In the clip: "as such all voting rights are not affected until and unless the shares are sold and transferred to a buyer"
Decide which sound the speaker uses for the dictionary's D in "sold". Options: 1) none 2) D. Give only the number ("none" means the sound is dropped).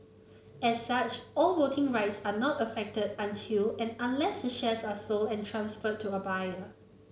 1